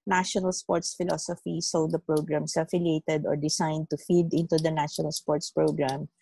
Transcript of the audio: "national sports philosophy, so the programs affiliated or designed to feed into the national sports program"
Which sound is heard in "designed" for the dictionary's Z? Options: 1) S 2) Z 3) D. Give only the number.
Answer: 1